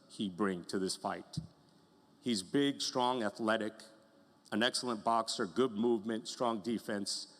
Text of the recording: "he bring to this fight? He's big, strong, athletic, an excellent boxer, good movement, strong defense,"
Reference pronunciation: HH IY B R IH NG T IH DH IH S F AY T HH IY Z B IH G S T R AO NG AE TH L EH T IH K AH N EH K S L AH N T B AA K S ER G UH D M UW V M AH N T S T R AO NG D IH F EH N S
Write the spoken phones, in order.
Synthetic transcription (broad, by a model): HH IY B R IH NG T IH DH IH S F AY T HH IY Z B IH G S T R AO NG AE TH L EH T IH K AH N EH K S L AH N B AA K S ER G UH D M UW V M AH N T S T R AO NG D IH F EH N S